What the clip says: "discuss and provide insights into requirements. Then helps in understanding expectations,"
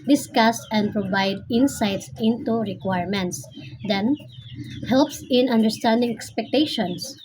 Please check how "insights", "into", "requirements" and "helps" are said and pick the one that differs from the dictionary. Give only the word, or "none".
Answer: none